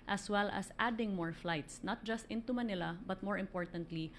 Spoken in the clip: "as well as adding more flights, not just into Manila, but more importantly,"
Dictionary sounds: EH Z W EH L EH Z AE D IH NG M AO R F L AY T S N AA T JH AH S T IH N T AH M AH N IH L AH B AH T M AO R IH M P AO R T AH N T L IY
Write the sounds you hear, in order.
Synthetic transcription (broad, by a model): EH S W EH L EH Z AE D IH NG M AO R F L AY T S N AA T JH AH S T IH N T AH M AH N IH L AH B AH T M AO R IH M P AO R T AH N T L IY